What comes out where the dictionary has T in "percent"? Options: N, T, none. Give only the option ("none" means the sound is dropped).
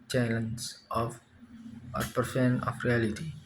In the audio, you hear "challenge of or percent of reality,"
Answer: none